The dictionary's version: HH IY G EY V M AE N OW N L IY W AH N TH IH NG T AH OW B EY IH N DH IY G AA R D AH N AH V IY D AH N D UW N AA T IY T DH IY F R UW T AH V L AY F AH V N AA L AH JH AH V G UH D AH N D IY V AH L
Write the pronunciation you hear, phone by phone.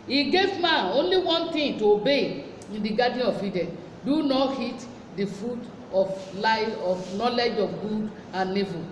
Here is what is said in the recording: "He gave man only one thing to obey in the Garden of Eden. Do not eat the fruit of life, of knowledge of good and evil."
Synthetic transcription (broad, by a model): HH IY G EY V M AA N OW N L IY W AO N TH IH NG T AH OW B EY IH N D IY G AA D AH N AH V IY D AH N D UW N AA T IY T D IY F R UW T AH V L AY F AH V N AA L AH JH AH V G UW D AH N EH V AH